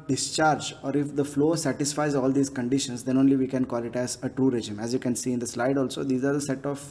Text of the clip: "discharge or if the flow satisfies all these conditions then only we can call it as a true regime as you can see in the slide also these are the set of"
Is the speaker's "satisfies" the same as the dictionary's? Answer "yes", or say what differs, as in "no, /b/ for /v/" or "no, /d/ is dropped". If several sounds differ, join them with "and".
yes